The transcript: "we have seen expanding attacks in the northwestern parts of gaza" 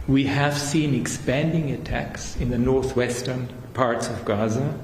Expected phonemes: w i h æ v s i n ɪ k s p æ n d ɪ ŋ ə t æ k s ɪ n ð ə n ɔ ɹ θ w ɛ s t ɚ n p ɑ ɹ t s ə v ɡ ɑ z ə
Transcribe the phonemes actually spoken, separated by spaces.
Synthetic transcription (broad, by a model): w i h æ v s i n ɪ k s p æ n d ɪ ŋ ə t æ k s ɪ n ð ə n ɔ ɹ θ w ɛ s t ɚ n p ɑ ɹ t s ə v ɡ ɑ z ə